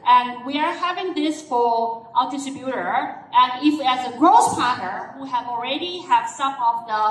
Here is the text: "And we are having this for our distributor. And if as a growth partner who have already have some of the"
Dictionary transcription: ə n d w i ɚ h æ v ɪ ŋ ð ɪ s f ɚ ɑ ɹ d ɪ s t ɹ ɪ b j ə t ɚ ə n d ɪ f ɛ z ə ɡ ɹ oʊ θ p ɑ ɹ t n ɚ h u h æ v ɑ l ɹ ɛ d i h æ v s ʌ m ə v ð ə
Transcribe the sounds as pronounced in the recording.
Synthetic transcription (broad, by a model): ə n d w i ɚ h æ v ɪ ŋ ð ɪ s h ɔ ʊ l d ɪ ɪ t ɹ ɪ b j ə t ɚ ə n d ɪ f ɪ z ə ɡ ɹ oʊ s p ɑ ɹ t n ɚ h u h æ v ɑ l ɹ ɛ d i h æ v s ʌ m ə v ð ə